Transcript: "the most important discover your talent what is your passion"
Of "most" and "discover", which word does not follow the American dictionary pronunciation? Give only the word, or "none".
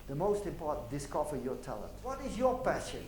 discover